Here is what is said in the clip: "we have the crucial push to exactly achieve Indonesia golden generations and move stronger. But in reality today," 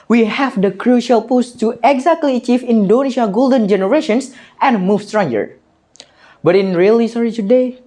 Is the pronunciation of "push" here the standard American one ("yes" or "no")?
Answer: no